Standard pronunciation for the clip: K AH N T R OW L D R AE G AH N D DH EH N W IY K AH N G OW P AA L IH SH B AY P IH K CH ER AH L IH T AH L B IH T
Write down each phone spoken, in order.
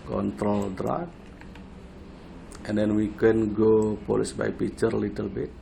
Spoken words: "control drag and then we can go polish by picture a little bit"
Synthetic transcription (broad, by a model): K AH N T R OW L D R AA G AH N D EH N W IY K AH N G OW P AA L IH S B AY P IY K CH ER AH L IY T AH L B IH T